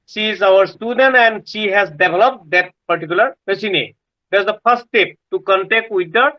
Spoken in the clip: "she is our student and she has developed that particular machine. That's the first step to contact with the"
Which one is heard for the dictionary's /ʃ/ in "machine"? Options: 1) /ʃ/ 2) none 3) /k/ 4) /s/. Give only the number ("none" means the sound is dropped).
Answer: 4